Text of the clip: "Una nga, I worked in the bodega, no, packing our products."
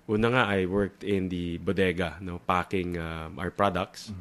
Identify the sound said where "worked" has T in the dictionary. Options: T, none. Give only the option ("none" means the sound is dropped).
T